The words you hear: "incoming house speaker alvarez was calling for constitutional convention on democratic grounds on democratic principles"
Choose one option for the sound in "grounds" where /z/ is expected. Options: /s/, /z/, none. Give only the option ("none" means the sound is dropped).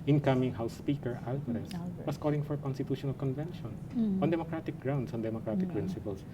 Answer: /s/